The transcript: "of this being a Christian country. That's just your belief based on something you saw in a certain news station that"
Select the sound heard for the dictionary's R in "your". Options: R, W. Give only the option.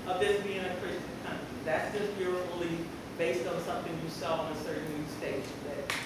R